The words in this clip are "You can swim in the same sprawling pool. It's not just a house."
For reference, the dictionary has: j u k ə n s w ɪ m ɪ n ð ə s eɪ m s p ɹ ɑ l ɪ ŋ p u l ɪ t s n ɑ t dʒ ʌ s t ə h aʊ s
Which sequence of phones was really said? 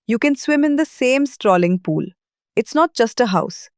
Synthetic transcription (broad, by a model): j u k ə n s w ɪ m ɪ n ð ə s eɪ m s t ɹ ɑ l ɪ ŋ p u l ɪ t s n ɑ t dʒ ʌ s t ə h aʊ s